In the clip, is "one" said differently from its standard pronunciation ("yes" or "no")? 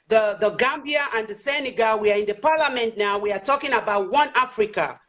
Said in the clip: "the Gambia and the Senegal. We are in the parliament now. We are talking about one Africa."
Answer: no